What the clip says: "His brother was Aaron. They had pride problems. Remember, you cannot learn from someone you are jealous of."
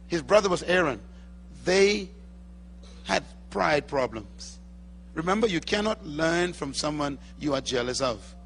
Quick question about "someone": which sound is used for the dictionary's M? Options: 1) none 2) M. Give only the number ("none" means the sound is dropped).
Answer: 2